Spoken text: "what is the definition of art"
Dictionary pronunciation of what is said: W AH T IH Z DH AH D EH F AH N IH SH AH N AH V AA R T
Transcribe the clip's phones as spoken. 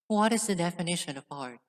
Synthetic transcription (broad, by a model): W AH T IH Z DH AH D EH F AH N IH SH AH N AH P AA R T